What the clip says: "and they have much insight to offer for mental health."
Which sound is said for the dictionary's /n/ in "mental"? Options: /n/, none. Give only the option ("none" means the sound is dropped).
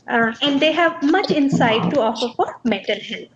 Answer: none